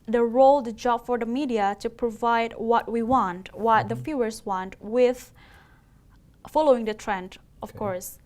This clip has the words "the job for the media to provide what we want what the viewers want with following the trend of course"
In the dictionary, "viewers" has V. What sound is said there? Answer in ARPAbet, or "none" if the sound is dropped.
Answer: F